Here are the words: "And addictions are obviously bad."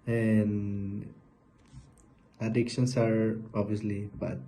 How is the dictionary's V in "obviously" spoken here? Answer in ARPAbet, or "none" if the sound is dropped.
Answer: none